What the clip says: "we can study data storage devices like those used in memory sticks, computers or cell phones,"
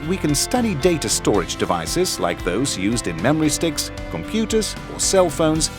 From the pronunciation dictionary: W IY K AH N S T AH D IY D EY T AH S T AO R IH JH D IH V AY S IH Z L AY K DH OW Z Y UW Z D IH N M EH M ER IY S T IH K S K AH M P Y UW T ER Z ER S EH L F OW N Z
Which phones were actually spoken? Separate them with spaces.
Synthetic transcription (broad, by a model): W IY K AH N S T AH D IY D EY T AH S T AO R IH JH D IH V AY S IH Z L AY K DH OW Z Y UW Z D IH N M EH M ER IY S T IH K S K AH M P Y UW T ER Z ER S EH L F OW N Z